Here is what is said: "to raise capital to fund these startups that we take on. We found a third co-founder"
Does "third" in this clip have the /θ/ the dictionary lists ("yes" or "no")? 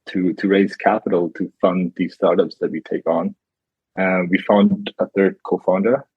yes